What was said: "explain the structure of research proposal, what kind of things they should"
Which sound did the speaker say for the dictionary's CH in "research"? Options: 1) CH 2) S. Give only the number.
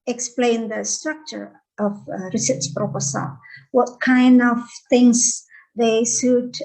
2